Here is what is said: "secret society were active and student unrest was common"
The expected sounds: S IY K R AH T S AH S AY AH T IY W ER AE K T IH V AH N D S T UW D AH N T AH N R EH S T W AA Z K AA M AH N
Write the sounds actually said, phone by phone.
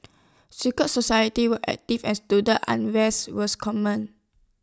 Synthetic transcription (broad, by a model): S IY K AH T S AH S AY AH T IY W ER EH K T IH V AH N S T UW D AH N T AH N W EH S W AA S K AA M AH N